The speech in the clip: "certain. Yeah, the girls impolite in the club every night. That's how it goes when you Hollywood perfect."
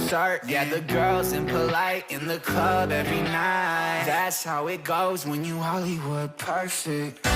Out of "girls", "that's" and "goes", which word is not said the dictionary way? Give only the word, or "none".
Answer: none